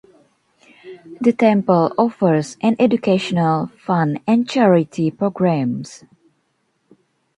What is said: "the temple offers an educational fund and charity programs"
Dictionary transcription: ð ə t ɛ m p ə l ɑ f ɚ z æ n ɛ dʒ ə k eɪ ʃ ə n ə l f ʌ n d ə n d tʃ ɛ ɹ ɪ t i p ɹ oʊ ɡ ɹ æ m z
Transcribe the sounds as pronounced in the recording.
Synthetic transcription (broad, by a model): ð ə t ɛ m p ə l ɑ f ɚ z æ n ɛ dʒ ə k eɪ ʃ ə n ə l f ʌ n ə n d tʃ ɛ ɹ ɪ t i p ɹ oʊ ɡ ɹ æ m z